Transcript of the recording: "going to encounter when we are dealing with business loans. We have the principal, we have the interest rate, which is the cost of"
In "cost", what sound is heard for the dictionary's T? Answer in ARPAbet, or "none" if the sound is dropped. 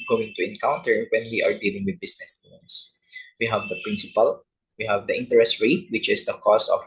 none